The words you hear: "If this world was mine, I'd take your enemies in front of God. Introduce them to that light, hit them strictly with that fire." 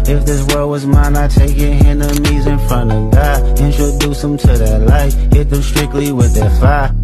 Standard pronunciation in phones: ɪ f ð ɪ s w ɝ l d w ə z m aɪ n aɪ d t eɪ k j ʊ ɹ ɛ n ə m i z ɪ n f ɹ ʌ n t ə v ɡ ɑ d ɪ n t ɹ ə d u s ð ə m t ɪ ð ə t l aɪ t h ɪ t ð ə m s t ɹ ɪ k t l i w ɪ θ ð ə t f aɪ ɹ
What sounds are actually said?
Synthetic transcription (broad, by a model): ɪ f ð ɪ s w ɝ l w ə z m aɪ n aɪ t eɪ k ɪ ɛ n ə m i z ɪ n f ɹ ʌ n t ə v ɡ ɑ ɪ n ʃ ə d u s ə m t ɪ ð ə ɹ l aɪ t h ɪ t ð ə s t ɹ ɪ k t l i w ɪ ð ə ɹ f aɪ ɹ